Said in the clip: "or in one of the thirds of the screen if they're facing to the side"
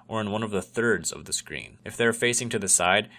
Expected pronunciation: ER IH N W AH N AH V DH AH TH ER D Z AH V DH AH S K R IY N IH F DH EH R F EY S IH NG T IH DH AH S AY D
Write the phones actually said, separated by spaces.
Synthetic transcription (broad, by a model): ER IH N W AH N AH V DH AH TH ER D Z AH V DH AH S K R IY N IH F DH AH R F EY S IH NG T IH DH AH S AY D